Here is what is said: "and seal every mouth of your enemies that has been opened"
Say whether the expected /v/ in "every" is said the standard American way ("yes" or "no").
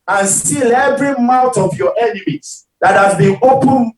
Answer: no